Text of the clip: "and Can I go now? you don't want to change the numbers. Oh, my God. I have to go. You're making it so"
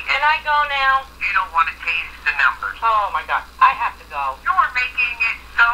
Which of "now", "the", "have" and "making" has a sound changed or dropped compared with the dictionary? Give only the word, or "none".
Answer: have